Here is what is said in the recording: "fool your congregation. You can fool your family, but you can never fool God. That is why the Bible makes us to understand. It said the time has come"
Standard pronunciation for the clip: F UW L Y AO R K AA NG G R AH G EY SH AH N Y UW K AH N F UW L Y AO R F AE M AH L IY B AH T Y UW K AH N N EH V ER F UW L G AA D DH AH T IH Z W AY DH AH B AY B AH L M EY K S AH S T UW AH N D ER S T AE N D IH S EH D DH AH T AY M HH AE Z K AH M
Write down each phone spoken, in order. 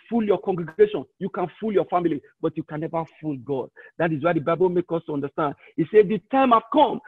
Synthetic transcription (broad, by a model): F UW L Y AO K AA NG G R AH G EY SH AH N Y UW K AH N F UW L Y AO F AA M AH L IY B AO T Y UW K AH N N EH V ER F UW L G AA D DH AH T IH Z W AY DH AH B AY B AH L M EY K AO S T UW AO N D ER S T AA N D IH S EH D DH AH T AY M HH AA K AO M